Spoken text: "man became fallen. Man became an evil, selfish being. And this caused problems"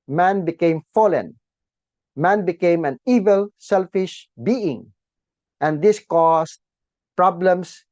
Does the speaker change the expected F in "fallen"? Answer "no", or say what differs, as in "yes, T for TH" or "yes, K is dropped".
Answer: no